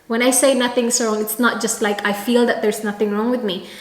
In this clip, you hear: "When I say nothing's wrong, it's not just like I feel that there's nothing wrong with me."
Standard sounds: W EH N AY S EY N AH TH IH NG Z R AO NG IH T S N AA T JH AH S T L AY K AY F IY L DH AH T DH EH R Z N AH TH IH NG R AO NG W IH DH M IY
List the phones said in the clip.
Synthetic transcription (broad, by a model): W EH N AY S EY N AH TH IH NG S R AO NG IH T S N AA T JH AH S T L AY K AY F IY L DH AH T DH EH R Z N AH TH IH NG R AO NG W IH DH M IY